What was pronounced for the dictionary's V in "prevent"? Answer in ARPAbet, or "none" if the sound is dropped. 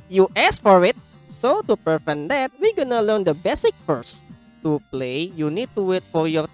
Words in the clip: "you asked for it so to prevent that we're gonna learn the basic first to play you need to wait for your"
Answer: F